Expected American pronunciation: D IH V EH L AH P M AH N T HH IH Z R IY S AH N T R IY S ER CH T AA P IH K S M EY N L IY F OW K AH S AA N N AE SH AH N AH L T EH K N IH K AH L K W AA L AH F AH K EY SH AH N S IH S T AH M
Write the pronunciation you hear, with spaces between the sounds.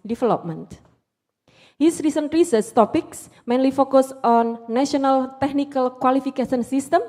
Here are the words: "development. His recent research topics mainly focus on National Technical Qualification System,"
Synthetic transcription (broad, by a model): D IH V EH L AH P M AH N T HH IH S R IY S AH N T R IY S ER S T AA P IH K S M EY N L IY F OW K AH S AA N N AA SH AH N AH L T EH K N IH K AH L K W AA L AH F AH K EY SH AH N S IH S T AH M